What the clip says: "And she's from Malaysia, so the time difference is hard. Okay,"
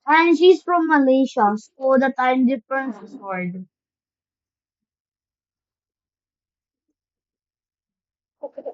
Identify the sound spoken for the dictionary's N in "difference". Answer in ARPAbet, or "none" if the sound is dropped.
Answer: N